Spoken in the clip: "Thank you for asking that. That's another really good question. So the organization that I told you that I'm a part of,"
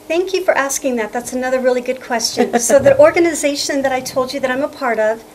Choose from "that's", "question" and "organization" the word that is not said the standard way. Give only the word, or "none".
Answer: none